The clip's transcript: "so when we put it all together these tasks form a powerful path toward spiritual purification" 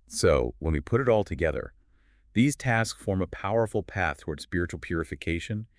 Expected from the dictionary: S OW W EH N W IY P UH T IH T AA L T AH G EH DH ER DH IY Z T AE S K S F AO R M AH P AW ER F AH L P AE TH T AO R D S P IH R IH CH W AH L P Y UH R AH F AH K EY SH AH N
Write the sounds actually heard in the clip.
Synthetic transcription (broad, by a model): S OW W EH N W IY P UH T IH T AA L T AH G EH DH ER DH IY Z T AE S K S F AO R M AH P AW ER F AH L P AE TH T AO R D S P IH R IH CH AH L P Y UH R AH F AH K EY SH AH N